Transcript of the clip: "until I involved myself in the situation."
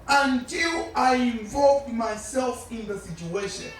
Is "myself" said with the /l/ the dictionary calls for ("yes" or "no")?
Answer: yes